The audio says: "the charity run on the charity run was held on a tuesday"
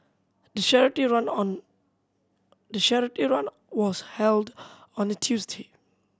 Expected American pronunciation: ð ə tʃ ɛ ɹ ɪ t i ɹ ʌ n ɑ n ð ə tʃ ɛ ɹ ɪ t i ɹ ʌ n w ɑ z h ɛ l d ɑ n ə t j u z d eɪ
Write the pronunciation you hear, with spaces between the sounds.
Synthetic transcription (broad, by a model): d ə ʃ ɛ ɹ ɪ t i ɹ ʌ n ɑ n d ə ʃ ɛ ɹ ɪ t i ɹ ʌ n w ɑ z h ɛ l d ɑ n ə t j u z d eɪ